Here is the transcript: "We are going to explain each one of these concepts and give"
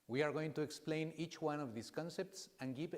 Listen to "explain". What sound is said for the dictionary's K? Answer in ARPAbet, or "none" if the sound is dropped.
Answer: K